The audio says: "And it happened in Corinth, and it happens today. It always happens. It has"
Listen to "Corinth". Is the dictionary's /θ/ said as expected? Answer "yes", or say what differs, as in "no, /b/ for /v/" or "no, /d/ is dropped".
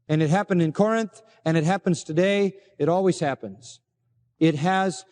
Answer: yes